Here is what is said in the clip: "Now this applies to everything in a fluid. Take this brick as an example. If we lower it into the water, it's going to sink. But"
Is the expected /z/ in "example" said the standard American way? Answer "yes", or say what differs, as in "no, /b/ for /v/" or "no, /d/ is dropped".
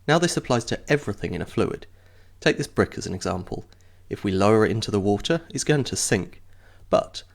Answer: yes